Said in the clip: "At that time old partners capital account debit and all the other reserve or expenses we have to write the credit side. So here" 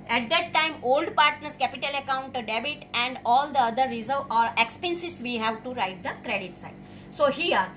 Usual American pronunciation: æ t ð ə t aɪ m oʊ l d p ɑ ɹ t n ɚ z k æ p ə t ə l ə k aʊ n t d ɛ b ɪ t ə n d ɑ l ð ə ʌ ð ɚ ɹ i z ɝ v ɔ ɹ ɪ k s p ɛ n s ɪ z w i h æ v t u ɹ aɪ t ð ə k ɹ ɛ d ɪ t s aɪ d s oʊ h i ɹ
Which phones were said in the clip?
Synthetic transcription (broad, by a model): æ t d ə t aɪ m oʊ l d p ɑ ɹ t n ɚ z k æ p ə t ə l ə k aʊ n t d ɛ b ɪ t ə n d ɑ l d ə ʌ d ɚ ɹ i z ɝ ɔ ɹ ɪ k s p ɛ n s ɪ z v i h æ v t u ɹ aɪ t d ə k ɹ ɛ d ɪ t s aɪ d s oʊ h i ɹ